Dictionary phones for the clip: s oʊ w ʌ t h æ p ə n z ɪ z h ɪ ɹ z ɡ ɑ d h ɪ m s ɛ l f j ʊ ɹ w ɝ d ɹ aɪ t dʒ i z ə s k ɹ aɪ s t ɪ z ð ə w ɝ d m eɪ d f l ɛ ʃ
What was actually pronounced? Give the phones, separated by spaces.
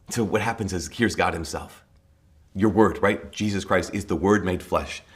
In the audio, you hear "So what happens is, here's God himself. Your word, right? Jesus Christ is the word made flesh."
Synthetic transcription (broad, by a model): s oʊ w ʌ t h æ p ə n z ɪ z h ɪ ɹ z ɡ ɑ d h ɪ m s ɛ l f j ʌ ɹ w ɝ d ɹ aɪ t dʒ i z ə s k ɹ aɪ s t ɪ z ð ə w ɝ d m eɪ d f l ɛ ʃ